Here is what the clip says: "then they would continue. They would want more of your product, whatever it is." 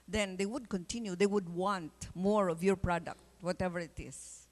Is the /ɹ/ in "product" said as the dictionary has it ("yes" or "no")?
yes